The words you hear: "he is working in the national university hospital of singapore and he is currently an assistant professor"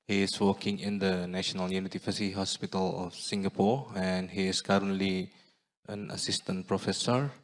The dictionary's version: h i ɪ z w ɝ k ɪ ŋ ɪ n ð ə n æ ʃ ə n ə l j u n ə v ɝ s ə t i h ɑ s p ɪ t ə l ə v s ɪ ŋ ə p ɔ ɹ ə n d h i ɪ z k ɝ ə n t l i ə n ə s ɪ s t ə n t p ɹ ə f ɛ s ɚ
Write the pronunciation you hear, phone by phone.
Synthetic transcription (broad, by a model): h i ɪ s w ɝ k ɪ ŋ ɪ n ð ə n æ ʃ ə n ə l j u n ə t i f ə s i h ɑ s p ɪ t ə l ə f s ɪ ŋ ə p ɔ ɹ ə n h i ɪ s k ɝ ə n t l i ə n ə s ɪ s t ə n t p ɹ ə f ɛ s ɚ